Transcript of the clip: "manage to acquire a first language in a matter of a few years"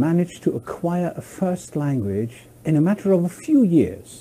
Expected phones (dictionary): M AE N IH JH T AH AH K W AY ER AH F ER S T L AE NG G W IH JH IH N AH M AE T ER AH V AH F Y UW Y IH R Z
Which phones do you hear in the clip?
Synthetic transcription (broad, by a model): M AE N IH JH T AH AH K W AY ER AH F ER S T L AE NG G W IH JH IH N AH M AE T ER AH V AH F Y UW Y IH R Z